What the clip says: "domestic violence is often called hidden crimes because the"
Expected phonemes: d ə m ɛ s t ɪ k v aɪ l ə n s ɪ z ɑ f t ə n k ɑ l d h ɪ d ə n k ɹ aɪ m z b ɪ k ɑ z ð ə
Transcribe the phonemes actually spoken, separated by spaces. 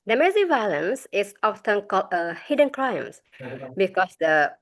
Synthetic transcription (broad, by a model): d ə m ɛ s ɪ v aɪ l ə n s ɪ s ɑ f t ə n k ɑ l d h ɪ d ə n k ɹ aɪ m s b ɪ k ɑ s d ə